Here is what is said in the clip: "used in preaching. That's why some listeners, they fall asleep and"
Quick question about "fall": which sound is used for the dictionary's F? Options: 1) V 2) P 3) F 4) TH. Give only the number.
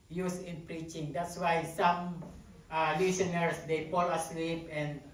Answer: 2